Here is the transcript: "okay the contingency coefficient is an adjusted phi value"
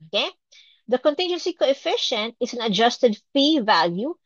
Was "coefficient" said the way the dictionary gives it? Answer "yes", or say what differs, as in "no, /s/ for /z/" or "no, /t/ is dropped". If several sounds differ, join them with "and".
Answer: yes